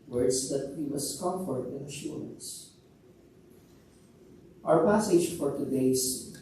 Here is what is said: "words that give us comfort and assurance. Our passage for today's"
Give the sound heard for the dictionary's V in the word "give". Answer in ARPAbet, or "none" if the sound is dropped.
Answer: W